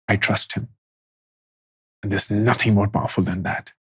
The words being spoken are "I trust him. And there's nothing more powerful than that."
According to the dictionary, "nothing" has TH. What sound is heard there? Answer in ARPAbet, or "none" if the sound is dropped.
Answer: TH